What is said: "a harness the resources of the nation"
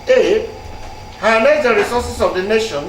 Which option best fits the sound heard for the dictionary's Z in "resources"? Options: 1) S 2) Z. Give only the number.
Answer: 1